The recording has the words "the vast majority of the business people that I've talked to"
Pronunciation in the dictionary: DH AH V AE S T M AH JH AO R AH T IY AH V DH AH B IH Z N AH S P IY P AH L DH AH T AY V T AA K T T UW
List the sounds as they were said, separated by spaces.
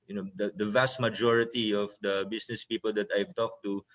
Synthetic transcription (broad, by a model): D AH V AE S T M AH JH AO R AH T IY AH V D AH B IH S N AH S P IY P AH L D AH T AY V T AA K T T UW